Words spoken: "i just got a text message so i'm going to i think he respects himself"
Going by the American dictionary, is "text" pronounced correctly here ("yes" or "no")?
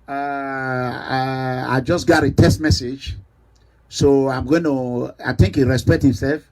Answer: no